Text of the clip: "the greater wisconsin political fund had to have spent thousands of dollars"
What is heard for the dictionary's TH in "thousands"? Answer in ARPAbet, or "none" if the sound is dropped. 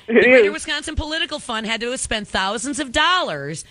TH